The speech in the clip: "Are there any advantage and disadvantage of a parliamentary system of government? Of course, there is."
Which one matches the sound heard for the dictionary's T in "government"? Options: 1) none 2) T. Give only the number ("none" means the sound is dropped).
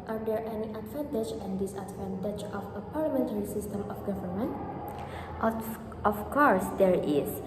2